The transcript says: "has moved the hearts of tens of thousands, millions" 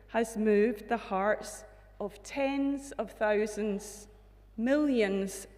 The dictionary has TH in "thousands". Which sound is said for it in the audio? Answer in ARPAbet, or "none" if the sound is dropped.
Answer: TH